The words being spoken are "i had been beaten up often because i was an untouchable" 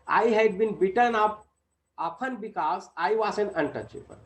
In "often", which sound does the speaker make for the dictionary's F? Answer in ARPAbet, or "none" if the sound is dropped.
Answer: P